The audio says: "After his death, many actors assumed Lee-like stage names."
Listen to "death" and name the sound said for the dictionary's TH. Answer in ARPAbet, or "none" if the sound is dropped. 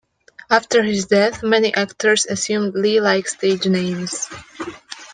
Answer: TH